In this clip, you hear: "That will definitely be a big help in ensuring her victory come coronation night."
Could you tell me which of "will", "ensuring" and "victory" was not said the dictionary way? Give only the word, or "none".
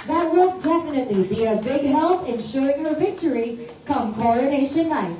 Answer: ensuring